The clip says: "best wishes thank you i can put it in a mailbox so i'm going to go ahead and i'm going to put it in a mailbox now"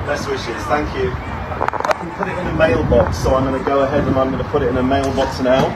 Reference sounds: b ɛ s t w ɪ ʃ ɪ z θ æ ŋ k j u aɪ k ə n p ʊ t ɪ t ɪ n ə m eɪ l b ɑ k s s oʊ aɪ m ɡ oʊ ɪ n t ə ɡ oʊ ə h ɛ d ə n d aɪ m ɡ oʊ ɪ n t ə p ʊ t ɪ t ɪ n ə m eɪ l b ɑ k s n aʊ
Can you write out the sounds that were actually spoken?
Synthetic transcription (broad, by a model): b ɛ s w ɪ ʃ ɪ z θ æ ŋ k j u aɪ k ə n p ʊ t ɪ t ɪ n ə m eɪ l b ɑ k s s oʊ aɪ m ɡ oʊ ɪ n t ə ɡ oʊ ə h ɛ d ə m aɪ m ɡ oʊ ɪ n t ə p ʊ t ɪ t ɪ n ə m eɪ l b ɑ k s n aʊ